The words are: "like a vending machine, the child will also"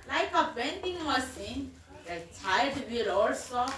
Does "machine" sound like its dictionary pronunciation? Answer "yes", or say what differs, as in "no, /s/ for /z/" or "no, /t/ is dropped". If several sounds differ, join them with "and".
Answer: no, /s/ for /ʃ/